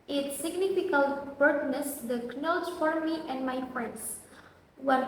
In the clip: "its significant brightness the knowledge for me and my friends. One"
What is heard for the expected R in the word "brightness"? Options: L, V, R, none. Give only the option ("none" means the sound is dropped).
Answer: none